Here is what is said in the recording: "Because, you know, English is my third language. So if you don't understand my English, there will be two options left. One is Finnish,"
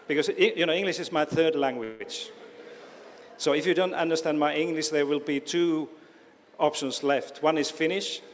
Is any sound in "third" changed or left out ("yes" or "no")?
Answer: no